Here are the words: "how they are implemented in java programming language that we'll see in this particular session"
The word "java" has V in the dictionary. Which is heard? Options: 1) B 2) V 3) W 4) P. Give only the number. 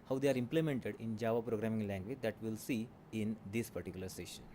2